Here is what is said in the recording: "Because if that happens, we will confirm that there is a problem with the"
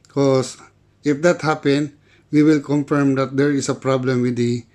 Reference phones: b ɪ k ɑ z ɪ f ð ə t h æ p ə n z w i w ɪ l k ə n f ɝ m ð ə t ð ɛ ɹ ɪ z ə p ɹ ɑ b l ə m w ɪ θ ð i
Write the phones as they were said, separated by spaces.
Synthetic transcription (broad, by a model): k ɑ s ɪ f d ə t h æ p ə n w i w ɪ l k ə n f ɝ m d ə t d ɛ ɹ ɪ s ə p ɹ ɑ b l ə m w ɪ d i